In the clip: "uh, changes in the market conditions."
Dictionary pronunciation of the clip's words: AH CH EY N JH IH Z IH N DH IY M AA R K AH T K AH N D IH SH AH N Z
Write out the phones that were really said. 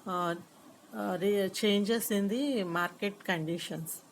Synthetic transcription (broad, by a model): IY CH EY N JH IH S IH N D IY M AA R K AH T K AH N D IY SH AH N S